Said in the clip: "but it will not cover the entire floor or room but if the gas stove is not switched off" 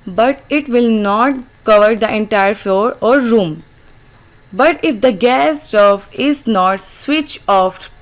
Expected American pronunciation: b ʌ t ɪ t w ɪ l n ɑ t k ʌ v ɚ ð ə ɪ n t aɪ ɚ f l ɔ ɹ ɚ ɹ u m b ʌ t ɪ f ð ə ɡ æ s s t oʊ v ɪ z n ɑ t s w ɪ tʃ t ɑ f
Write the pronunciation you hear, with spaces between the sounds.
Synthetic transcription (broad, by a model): b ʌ t ɪ t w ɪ l n ɑ t k ʌ v ɚ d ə ɪ n t aɪ ɚ f l ɔ ɹ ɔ ɹ u m b ʌ t ɪ f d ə ɡ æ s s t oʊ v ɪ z n ɑ t s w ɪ tʃ ɑ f